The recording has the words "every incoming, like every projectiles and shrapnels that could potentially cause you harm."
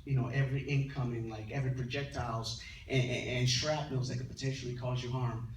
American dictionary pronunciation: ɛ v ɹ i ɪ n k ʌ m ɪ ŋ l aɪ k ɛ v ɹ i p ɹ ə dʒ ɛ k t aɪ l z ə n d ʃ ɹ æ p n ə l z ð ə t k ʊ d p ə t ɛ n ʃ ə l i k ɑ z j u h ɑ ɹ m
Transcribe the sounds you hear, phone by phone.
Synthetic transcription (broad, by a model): ɛ v ɹ i ɪ n k ʌ m ɪ ŋ l aɪ k ɛ v ɹ i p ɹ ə dʒ ɛ k t aɪ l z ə n ʃ ɹ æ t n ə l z ð ə t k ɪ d p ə t ɛ n ʃ l i k ɑ z j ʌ h ɑ ɹ m